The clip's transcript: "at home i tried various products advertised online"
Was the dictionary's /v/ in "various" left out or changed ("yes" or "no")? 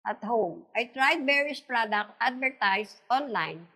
yes